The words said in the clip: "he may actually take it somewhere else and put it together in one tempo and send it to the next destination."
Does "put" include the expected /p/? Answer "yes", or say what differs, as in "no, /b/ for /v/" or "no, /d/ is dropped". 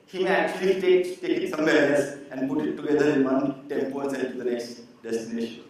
yes